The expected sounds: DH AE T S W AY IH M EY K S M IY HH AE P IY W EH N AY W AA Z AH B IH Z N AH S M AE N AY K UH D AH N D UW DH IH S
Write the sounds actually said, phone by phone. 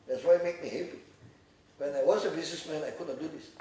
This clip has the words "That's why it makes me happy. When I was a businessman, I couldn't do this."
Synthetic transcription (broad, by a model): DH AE T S W AY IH M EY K M IY HH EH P IY W EH N AY W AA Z AH B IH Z N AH S M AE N AY K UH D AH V D UW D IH S